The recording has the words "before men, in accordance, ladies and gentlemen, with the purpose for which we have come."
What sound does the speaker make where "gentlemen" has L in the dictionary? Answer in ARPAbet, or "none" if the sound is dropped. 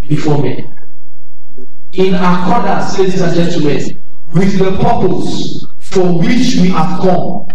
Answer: none